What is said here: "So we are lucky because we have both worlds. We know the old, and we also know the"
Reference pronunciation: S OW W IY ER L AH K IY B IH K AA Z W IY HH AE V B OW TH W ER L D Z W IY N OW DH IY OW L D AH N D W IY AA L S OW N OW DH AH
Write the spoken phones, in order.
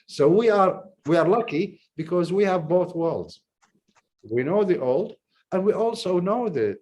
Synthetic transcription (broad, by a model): S OW W IY ER L AH K IY B IH K AA Z W IY HH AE V B OW TH W ER L D Z W IY N OW DH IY OW L D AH N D W IY AA L S OW N OW DH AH